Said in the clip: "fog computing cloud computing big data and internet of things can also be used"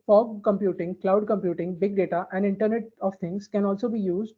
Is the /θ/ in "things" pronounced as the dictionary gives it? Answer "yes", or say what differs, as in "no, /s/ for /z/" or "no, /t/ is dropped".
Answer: no, /t/ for /θ/